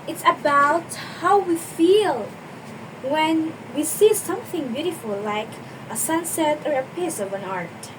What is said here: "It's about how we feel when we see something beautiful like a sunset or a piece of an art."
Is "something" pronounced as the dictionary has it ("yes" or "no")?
yes